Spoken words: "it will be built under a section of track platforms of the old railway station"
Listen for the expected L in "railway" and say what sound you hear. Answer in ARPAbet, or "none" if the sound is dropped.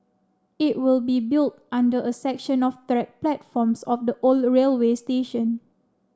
L